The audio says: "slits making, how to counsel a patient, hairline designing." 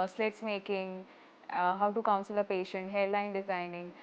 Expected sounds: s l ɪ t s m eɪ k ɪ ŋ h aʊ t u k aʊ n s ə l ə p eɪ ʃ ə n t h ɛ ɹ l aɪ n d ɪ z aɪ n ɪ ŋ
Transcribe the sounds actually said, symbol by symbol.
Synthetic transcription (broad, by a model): s l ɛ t s m eɪ k ɪ ŋ h aʊ t u k aʊ n s ə l ə p eɪ ʃ ə n t h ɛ l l aɪ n d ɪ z aɪ n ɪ ŋ